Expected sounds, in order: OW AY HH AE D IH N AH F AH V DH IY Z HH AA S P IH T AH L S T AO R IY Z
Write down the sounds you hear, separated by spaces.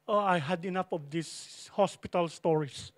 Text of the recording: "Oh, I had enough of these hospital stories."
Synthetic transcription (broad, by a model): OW AY HH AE D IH N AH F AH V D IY S HH AA S P IH T AH L S T AO R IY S